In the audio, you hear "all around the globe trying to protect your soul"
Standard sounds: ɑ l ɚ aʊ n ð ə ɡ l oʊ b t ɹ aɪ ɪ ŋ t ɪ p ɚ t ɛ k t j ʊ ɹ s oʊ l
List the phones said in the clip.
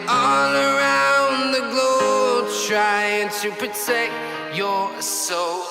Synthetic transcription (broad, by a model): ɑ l ɚ aʊ n ð ə ɡ l oʊ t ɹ aɪ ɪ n t ɪ p ɚ t ɛ k t j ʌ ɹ s oʊ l